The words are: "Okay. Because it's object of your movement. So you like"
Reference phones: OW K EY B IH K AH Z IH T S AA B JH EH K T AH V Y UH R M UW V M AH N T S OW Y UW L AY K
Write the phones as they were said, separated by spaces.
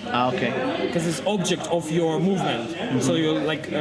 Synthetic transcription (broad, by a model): OW K EY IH K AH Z IH T S AA B JH EH K T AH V Y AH R M UW V M AH N T S OW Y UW L AY K